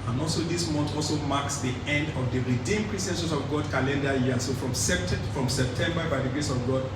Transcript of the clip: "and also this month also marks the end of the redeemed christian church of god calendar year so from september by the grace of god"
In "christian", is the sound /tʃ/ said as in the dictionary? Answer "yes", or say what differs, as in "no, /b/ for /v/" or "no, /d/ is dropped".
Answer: no, /tʃ/ is dropped